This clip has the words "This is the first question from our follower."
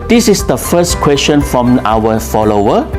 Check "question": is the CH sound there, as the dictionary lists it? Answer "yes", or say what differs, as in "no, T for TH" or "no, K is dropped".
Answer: no, S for CH